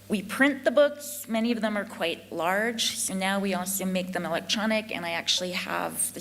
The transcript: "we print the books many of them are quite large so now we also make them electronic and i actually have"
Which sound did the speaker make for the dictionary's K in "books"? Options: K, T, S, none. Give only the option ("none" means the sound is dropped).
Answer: K